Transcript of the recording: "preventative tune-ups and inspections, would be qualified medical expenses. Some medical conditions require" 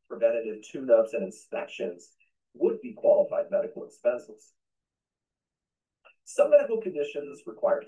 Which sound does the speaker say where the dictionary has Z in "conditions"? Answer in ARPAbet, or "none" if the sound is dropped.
Z